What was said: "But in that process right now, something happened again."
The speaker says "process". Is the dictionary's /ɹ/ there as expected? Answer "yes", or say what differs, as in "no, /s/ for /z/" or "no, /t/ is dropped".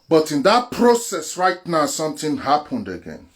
yes